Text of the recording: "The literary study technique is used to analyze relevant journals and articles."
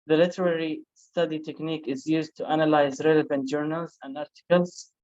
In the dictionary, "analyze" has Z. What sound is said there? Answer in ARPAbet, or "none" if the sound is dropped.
Z